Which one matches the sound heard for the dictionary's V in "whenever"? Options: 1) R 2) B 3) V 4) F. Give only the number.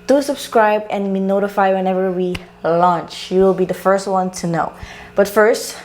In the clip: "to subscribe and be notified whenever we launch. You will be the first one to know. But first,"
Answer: 3